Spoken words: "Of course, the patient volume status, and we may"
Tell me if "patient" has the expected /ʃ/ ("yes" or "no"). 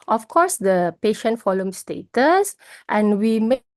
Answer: yes